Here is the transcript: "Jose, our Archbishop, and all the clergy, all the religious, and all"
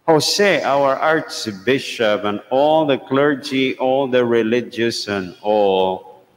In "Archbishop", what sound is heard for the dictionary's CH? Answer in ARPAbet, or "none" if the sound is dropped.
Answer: S